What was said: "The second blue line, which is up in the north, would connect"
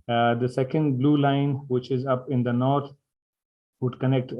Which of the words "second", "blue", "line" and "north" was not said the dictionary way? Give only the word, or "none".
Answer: north